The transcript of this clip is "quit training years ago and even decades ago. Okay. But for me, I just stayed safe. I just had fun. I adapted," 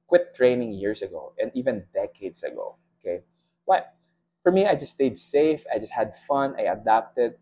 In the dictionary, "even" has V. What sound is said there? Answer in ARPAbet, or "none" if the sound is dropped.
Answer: V